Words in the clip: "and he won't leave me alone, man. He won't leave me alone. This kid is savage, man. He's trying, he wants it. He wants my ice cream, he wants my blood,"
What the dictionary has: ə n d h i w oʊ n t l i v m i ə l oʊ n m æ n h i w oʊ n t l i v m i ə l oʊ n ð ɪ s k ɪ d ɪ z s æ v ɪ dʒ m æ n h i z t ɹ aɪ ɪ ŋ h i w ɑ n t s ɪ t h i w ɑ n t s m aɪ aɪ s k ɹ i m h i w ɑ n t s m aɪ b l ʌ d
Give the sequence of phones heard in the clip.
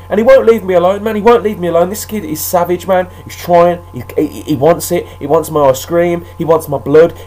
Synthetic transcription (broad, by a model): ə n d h i w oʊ n l i v m i ə l oʊ n m æ n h i w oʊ n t l i v m i ə l oʊ n ð ɪ s k ɪ d ɪ z s æ v ɪ dʒ m æ n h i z t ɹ aɪ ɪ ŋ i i w ɑ n t s ɪ t h i w ɑ n t s m aɪ aɪ s k ɹ i m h i w ɑ n t s m aɪ b l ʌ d